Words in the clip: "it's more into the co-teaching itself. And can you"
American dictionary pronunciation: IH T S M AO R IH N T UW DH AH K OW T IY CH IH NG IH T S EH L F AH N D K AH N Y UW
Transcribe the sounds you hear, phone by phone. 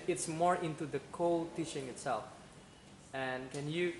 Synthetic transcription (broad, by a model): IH T S M AO R IH N T UW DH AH K OW T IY SH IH NG IH T S EH L F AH N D K AH N Y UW